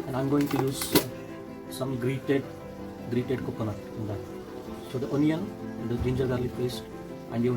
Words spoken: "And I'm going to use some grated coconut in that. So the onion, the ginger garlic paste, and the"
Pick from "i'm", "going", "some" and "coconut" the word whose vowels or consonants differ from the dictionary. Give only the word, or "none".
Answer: coconut